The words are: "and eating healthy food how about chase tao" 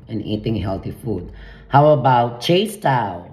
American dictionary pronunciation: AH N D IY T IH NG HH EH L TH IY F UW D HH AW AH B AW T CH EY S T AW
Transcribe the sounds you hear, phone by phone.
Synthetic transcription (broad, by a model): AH N IY T IH NG HH EH L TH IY F UW D HH AW AH B AW T CH EY S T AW